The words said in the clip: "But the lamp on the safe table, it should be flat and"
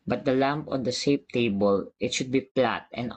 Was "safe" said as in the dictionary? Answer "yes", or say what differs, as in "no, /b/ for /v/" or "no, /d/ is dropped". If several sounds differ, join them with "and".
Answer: no, /p/ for /f/